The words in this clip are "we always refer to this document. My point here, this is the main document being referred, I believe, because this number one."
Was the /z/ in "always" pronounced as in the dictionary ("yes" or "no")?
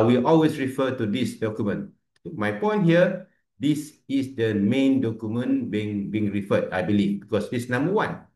no